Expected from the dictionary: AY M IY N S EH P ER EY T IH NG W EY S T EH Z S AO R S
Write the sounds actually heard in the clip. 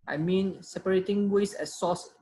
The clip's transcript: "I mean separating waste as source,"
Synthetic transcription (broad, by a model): AY M IY N S EH P ER EY T IH NG W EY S EH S AO S